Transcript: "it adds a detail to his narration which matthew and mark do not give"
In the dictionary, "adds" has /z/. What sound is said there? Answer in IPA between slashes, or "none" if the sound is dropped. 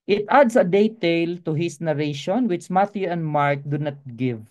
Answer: /s/